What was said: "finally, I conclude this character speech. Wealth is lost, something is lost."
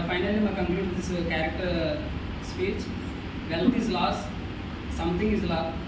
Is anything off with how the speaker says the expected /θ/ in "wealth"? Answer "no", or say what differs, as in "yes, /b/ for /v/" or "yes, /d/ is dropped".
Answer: yes, /t/ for /θ/